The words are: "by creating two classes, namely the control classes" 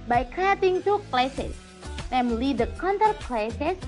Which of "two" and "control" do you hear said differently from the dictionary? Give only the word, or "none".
control